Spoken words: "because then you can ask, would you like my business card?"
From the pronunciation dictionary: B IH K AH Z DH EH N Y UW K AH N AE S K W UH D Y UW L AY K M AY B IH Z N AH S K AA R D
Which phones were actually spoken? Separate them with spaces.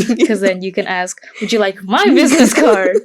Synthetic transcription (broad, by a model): K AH Z DH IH N Y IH K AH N AE S K W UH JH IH L AY K M AY B IH Z N AH S K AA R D